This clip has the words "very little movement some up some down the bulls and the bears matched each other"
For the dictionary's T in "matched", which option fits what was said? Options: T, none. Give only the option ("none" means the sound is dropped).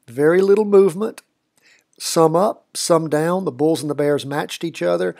T